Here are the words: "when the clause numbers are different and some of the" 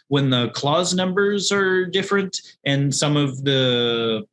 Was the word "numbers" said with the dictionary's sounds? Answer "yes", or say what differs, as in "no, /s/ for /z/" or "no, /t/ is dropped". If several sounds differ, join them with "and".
yes